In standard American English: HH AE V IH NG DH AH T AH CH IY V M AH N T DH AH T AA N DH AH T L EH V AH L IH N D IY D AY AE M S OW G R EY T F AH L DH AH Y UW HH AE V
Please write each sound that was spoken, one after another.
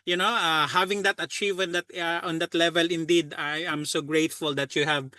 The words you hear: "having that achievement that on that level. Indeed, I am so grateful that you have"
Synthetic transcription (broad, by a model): HH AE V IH NG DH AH T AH CH IY V AH N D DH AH T AA N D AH T L EH V AH L IH N D IY D AY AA M S OW G R EY T F AH L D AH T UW HH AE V